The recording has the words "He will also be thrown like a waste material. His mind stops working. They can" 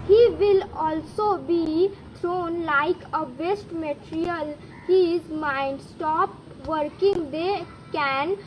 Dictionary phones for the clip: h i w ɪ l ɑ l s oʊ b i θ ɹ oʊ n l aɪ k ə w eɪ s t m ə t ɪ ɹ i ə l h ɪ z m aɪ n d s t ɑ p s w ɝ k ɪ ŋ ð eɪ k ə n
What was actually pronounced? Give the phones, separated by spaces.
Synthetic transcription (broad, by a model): h i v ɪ l ɑ l s oʊ b i t ɹ oʊ n l aɪ k ə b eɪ s t m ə t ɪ ɹ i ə l h ɪ z m aɪ n d s t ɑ p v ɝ k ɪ ŋ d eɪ k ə n